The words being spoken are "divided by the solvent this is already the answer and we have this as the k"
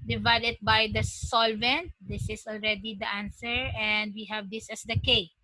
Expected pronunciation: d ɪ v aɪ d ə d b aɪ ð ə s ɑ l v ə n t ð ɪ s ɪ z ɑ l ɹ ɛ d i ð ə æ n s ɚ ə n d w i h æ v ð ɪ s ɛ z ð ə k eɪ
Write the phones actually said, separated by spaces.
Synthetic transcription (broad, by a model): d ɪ v aɪ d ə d b aɪ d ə s ɑ l v ə n t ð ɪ s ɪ s ɑ l ɹ ɛ d i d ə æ n s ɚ ə n d w i h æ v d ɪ s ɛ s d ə k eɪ